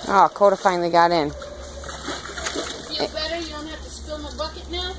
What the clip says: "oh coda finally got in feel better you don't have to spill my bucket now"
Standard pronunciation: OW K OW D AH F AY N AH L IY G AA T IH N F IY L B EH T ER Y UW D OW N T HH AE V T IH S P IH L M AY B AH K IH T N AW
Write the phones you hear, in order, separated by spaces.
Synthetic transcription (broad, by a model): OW K OW D AH F AY AH L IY G AA T IH N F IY B EH T ER Y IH D OW N T HH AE F T IH S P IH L M AY B AH K IH T N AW